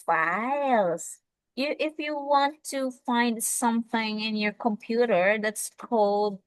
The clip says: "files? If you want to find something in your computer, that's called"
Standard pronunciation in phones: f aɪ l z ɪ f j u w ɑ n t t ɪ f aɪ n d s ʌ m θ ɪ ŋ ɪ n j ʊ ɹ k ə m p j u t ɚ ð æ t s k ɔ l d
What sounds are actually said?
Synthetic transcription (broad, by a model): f aɪ l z ɪ f j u w ɑ n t t ɪ f aɪ n d s ʌ m θ ɪ ŋ ɪ n j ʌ ɹ k ə m p j u t ɚ ð æ t s k ɔ l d